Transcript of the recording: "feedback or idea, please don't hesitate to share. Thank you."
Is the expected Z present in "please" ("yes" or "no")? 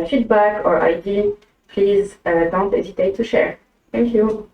yes